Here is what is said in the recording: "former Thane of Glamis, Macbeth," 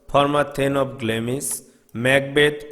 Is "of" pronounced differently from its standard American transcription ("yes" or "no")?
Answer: yes